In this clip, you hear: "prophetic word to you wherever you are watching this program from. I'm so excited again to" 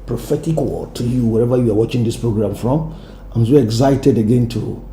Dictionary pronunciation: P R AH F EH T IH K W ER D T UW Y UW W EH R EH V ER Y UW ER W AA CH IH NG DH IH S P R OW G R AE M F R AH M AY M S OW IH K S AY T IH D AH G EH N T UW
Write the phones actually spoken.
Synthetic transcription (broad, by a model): P R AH F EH T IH K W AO T UW Y UW W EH R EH V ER Y UW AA W AA CH IH NG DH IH S P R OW G R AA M F R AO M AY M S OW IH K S AY T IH D AH G EH N T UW